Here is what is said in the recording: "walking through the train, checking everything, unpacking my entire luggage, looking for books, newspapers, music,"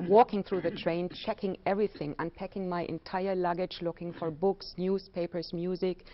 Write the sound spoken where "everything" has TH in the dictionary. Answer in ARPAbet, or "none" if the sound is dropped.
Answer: TH